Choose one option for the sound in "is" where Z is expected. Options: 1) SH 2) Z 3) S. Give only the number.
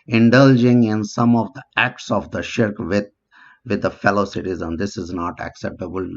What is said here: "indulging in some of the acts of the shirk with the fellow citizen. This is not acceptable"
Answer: 2